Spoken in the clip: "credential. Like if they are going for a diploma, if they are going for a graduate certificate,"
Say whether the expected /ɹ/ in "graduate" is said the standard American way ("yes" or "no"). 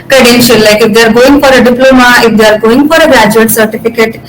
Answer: no